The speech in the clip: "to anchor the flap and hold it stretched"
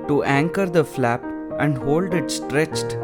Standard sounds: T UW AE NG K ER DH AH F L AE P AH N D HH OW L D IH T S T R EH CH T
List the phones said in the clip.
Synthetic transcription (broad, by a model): T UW AE NG K ER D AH F L AE P AH N D HH OW L D IH T S T R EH CH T